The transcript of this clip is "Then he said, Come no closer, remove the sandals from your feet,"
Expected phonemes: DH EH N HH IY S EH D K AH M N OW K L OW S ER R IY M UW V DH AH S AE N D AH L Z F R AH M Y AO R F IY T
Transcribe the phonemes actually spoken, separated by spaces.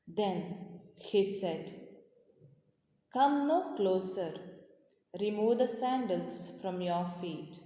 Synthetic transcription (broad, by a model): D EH N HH IY S EH D K AH M N OW K L OW S ER R IY M UW V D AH S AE N D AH L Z F R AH M Y AO R F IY T